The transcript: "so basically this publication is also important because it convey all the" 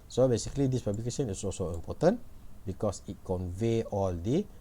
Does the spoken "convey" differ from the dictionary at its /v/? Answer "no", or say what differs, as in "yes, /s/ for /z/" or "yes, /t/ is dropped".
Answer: no